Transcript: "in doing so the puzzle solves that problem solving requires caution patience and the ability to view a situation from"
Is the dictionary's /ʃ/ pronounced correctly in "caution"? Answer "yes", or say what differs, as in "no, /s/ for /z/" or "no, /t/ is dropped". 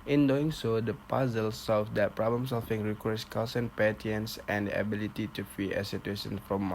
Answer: no, /s/ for /ʃ/